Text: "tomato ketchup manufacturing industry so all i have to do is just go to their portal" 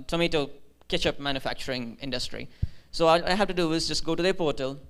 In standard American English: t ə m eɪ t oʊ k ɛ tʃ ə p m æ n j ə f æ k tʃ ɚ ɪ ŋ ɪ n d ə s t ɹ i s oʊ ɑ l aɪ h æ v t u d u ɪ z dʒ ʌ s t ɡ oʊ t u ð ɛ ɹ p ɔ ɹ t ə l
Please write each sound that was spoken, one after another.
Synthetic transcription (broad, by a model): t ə m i t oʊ k ɛ tʃ ə p m æ n j ə f æ k tʃ ɚ ɪ ŋ ɪ n d ə s t ɹ i s oʊ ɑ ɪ aɪ h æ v t u d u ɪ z dʒ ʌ s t ɡ oʊ t u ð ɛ p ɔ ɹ t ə l